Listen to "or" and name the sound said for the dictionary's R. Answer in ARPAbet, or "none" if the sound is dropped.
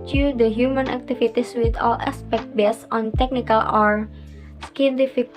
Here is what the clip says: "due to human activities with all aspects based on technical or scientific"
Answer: R